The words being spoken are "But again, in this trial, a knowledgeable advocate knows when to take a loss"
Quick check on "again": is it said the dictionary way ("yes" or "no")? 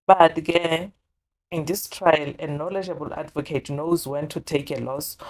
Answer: no